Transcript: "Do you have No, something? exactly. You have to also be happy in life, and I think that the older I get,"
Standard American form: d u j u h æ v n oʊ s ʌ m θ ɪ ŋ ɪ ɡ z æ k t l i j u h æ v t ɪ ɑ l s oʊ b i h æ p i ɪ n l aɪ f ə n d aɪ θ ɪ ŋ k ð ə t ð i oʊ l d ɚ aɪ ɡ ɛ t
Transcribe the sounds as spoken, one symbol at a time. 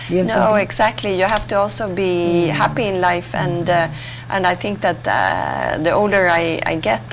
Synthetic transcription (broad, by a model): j n oʊ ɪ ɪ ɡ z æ k t l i j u h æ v t ɪ ɑ l s oʊ b i h æ p i ɪ n l aɪ f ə n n aɪ θ ɪ ŋ k ð ə t ð i oʊ l d ɚ aɪ ɡ ɛ t